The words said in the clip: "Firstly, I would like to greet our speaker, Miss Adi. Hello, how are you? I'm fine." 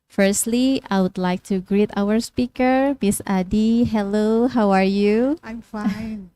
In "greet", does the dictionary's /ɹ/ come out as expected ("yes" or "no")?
yes